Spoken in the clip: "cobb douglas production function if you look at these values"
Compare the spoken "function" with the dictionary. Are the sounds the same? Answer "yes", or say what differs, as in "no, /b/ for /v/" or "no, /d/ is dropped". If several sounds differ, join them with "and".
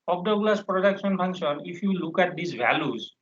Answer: no, /k/ is dropped